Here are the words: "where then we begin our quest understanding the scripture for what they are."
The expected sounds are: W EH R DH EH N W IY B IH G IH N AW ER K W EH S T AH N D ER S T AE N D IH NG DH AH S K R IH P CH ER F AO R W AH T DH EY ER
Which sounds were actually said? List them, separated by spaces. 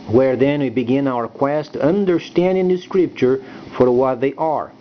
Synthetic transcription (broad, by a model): W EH R DH EH N W IY B IH G IH N AW ER K W EH S T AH N D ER S T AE N D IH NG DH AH S K R IH P CH ER F AO R W AH T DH EY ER